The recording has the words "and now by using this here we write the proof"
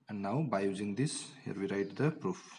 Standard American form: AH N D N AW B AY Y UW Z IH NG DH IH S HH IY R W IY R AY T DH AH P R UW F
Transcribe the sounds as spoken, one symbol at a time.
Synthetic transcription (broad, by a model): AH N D N AW B AY Y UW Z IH NG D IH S HH IY R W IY R AY T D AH P R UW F